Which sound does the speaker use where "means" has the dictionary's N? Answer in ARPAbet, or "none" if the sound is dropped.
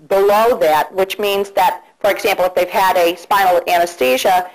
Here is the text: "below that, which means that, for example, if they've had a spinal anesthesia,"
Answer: N